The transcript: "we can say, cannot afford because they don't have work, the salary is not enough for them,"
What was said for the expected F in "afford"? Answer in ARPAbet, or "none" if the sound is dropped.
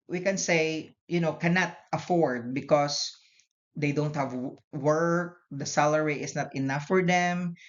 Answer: F